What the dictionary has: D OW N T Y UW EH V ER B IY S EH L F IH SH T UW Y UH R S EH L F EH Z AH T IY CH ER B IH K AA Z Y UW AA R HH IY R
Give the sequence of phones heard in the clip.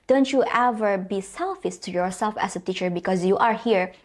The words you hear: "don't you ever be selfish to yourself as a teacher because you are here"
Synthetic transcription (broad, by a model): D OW N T Y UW EH V ER B IY S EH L F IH S T UW Y UH R S EH L F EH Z AH T IY CH ER B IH K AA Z Y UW AA R HH IY R